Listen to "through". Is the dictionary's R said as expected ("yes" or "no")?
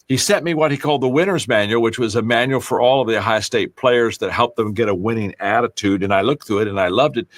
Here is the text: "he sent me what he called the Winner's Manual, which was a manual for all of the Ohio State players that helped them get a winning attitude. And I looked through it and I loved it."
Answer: no